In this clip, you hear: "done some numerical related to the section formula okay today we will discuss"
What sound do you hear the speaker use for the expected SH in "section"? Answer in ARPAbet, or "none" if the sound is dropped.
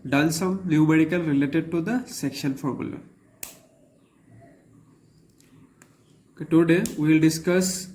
SH